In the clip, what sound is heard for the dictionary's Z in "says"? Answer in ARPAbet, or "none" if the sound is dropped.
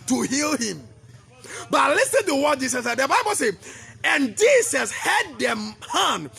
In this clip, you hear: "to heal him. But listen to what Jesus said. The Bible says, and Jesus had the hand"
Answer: none